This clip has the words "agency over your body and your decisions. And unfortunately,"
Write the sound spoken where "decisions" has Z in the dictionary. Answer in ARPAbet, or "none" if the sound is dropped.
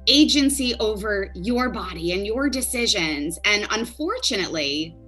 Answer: Z